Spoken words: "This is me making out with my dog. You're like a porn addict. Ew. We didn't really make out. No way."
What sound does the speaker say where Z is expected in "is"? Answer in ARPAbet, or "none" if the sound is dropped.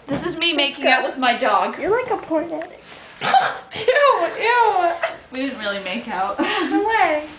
Z